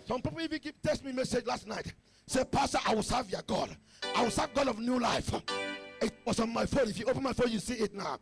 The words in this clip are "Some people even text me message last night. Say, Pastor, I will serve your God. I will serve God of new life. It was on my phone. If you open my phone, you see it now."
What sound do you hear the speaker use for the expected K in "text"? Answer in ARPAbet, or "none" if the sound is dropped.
none